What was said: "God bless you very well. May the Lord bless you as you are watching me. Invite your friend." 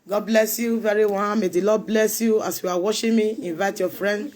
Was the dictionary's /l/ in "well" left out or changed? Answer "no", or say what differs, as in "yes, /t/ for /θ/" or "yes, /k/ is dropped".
yes, /n/ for /l/